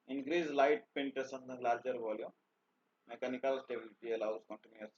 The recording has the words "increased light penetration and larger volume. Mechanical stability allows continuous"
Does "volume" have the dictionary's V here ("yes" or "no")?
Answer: no